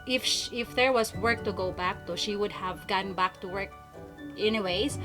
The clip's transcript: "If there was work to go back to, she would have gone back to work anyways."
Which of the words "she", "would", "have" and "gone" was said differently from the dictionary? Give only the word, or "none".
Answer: none